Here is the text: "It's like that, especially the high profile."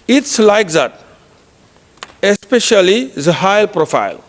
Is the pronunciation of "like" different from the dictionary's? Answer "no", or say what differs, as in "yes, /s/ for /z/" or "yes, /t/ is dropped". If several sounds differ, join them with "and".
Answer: no